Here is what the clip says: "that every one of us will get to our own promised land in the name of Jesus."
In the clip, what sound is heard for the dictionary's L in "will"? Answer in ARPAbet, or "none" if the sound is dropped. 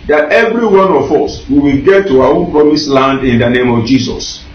W